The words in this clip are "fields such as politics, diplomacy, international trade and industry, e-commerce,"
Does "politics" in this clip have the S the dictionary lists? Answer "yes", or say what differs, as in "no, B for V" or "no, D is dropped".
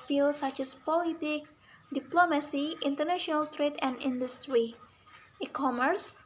no, S is dropped